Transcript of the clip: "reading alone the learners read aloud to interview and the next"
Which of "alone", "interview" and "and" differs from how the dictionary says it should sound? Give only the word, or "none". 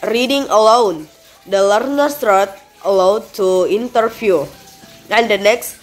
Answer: interview